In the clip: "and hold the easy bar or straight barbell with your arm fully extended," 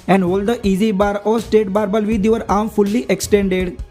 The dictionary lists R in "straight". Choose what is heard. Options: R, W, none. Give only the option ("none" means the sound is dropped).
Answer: none